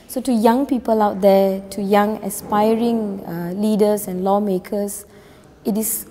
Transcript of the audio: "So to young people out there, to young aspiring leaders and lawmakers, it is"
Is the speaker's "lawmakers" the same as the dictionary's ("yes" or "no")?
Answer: no